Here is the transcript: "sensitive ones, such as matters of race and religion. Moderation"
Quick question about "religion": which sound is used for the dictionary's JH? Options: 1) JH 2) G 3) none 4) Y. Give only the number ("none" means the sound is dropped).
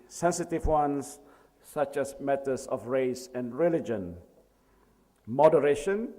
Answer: 1